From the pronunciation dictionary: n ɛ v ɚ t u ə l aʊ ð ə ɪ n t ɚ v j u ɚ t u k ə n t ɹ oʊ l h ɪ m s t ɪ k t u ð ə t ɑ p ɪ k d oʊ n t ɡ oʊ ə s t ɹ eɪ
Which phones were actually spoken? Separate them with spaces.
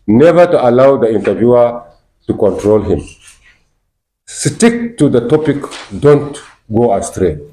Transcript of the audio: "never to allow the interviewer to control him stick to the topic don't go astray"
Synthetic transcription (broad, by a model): n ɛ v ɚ t u ə l aʊ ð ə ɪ n t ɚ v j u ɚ t u k ə n t ɹ oʊ l h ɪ m s t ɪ k t u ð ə t ɑ p ɪ k d oʊ n t ɡ oʊ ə s t ɹ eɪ